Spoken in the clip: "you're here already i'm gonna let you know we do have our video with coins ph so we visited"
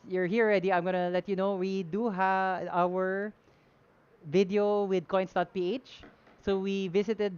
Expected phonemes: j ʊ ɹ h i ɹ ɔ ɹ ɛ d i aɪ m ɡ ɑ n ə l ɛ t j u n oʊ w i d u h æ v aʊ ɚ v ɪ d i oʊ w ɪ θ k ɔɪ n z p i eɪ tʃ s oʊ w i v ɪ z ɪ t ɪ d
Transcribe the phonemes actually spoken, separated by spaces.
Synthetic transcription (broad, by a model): j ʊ ɹ h i ɹ ɔ ɹ ɛ d i aɪ m ɡ ɑ n ə l ɛ t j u n oʊ w i d u h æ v aʊ ɚ v ɪ d i oʊ w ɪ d k ɔɪ n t p i eɪ tʃ s oʊ w i v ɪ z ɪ t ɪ d